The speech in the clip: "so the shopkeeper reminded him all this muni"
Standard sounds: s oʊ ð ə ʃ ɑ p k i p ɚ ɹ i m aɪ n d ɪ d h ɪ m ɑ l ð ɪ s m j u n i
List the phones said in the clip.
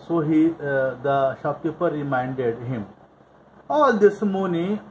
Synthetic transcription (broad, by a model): s oʊ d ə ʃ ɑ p i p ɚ ɹ i m aɪ n d ɪ d h ɪ m ɑ l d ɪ s m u n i